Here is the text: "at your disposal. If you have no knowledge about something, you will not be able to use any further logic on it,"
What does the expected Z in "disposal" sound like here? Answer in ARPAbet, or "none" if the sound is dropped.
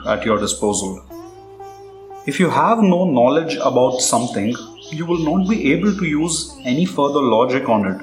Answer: Z